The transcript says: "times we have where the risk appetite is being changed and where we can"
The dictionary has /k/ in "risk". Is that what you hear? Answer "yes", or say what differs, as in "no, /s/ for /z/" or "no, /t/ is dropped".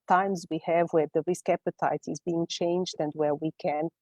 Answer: yes